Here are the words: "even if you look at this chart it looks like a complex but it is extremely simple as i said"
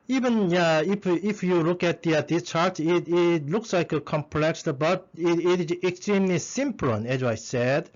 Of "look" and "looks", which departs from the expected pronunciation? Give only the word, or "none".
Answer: none